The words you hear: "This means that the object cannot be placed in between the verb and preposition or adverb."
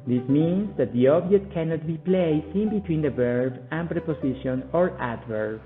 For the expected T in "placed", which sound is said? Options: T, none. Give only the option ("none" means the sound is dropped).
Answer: none